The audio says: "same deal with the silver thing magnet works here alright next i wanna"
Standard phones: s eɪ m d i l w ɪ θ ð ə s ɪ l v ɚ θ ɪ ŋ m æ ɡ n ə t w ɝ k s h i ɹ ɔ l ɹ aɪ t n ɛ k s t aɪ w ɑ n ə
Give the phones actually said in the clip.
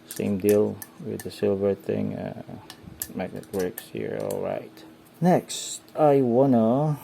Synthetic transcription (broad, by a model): s eɪ m d i l w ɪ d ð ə s ɪ l v ɚ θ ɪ ŋ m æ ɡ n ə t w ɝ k s h i ɹ ɔ l ɹ aɪ t n ɛ k s t aɪ w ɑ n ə